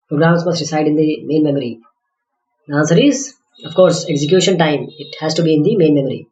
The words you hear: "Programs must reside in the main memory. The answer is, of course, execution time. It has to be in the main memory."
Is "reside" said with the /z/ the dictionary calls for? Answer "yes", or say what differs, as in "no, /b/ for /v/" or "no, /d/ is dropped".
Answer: no, /s/ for /z/